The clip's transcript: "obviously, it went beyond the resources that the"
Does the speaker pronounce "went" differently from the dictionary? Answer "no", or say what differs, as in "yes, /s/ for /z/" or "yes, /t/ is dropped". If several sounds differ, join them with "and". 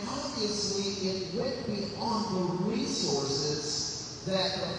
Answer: yes, /n/ is dropped